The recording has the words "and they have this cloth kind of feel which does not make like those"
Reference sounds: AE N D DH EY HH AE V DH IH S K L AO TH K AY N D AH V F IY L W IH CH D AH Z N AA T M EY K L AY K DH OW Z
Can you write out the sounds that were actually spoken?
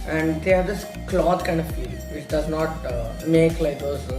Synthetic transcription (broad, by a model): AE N D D EY HH AE V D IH S K L AO T K AY N D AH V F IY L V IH CH D AH Z N AA T M EY K L AY K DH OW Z